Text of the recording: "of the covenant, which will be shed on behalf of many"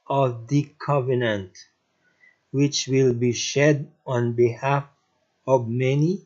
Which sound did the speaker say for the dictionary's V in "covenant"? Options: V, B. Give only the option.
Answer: V